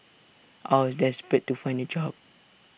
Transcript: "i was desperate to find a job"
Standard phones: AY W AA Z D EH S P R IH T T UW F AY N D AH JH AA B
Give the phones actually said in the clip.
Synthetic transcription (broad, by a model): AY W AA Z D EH S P IH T T UW F AY N D AH JH AA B